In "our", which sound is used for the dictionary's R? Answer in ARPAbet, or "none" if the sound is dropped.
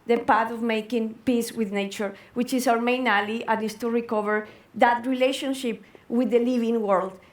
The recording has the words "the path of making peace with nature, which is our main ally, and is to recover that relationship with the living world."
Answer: W